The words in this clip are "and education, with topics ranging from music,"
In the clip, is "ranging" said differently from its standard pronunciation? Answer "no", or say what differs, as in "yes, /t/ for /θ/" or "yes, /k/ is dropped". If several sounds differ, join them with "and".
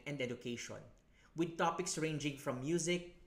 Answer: no